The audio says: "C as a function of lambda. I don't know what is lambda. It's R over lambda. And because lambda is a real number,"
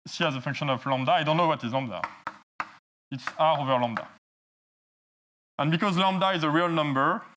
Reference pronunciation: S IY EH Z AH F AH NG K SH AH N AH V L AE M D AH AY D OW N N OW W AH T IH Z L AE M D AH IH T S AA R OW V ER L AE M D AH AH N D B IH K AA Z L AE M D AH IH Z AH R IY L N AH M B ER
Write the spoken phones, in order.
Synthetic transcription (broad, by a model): S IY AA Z AH F AH NG K SH AH N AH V L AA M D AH AY D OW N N OW W AH T IH Z L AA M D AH IH T S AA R OW V ER L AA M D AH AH N B IH K AA Z L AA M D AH IH Z AH R IY L N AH M B ER